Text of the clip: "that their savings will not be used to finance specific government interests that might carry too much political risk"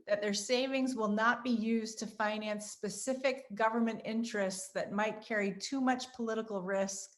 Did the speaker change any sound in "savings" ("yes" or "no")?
no